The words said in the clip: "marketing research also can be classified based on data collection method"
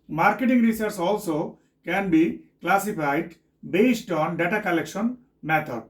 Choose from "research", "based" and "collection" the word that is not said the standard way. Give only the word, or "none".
research